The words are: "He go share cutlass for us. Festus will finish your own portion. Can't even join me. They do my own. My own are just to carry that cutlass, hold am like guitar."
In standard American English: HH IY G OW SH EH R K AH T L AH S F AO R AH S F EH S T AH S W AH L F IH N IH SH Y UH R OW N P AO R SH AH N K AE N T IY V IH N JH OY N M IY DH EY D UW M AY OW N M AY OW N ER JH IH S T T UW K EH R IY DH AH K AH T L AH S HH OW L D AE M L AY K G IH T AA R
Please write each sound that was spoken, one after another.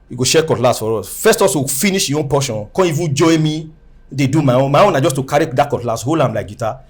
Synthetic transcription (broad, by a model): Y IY G OW SH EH K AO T L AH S F AO R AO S F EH S T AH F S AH F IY N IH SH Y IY OW N P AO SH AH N K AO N IY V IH JH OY M IY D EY D UW M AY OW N M AY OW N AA JH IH S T T UW K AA R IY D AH K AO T L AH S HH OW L AA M L AY K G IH T AA